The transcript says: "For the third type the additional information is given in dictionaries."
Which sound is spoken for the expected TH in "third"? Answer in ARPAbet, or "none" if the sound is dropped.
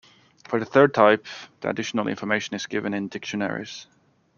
TH